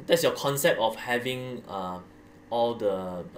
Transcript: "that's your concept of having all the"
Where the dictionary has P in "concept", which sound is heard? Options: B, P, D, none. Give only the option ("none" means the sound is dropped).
P